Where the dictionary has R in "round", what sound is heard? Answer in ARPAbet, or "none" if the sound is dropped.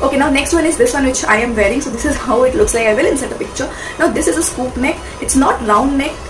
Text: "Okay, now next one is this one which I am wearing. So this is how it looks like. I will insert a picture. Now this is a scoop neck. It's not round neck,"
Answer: L